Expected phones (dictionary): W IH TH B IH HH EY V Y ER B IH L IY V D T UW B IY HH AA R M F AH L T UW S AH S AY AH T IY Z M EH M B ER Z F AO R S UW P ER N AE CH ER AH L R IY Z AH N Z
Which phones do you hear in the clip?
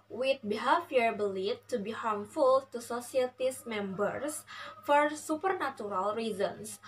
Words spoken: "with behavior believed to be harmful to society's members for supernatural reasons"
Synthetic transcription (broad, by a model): W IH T B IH HH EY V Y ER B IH L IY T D T UW B IY HH AA R M F AH L T UW S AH S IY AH T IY S M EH M B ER S F AO R S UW P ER N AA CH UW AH L R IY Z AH N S